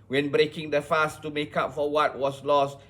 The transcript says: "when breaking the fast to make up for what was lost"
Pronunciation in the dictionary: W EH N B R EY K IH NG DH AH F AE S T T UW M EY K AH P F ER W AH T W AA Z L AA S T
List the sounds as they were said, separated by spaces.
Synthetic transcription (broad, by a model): W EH N B R EY K IH NG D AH F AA S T T UW M EY K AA P F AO W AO T W AA S L AA S T